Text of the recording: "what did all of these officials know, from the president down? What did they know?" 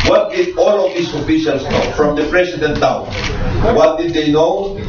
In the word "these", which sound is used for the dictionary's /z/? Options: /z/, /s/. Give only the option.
/s/